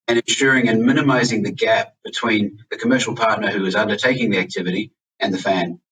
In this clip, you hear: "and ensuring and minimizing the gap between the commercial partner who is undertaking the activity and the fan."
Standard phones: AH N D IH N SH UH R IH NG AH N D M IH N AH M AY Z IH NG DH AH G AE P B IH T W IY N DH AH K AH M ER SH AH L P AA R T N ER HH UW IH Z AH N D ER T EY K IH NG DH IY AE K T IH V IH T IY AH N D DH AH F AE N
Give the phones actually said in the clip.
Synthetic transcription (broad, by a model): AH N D IH N SH UH R IH NG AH N M IH N AH M AY Z IH NG DH AH G AE P B IH T W IY N DH AH K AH M ER SH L P AA R T N ER HH UW IH Z AH N D ER T EY K IH NG DH IY AE K T IH V IH T IY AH N DH AH F AE N